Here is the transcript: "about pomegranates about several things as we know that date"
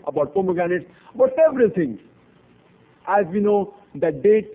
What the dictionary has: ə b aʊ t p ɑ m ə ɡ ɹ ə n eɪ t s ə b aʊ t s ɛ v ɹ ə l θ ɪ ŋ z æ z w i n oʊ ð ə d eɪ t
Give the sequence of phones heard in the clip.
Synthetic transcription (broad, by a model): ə b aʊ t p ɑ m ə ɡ ə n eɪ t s ə b aʊ t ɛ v ɹ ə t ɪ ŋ æ z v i n oʊ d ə d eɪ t